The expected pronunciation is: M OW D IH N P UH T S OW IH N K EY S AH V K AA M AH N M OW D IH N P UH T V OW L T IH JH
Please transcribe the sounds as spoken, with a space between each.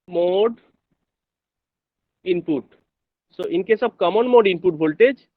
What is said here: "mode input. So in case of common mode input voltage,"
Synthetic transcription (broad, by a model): M OW D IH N P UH T S OW IH N K EY S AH B K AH M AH N M OW D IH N P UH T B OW L T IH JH